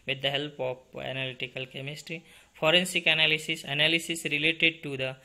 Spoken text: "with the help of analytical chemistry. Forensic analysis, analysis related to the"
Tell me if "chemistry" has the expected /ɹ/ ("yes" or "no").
yes